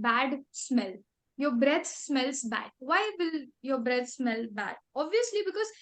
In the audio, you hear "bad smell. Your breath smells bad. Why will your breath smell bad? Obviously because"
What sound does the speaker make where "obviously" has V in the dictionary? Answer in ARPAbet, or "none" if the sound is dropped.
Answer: V